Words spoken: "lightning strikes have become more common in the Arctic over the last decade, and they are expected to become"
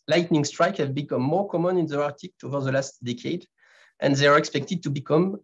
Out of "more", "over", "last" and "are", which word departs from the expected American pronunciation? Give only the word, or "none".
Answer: none